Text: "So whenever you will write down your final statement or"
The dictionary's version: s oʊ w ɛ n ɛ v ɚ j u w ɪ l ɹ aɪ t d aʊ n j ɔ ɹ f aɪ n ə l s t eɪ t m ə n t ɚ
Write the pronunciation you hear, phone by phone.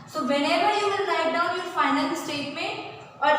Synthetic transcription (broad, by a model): s oʊ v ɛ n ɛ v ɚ j u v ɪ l l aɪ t d aʊ n j ɔ ɹ f aɪ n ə n s t eɪ t m ə n t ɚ